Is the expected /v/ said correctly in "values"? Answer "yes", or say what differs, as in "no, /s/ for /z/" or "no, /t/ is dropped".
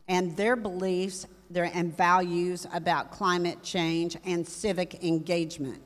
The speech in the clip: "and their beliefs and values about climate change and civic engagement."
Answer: yes